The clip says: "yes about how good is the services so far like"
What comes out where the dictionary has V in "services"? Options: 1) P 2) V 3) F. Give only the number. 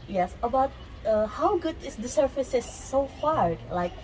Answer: 3